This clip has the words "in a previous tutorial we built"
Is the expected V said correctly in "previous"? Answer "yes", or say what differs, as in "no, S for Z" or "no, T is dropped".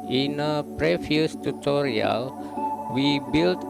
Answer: no, F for V